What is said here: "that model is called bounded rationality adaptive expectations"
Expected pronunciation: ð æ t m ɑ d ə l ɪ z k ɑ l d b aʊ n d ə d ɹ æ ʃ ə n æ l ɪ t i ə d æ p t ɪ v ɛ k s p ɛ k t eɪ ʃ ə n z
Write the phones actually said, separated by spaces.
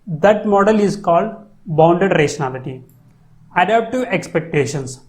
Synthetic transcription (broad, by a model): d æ t m ɑ d ə l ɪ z k ɑ l d b aʊ n d ə d ɹ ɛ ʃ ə n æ l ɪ t i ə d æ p t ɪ ɛ k s p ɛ k t eɪ ʃ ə n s